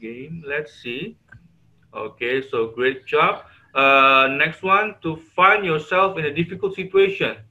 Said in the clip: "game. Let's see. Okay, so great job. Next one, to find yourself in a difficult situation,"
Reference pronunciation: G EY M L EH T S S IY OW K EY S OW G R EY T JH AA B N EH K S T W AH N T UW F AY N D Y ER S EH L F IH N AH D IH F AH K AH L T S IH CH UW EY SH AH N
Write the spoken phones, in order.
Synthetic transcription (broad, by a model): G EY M L EH T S S IY OW K EY S OW G R EY T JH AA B N EH K S T W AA N T UW F AY N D Y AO S EH L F IH N AH D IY F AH K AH L T S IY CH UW EY SH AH N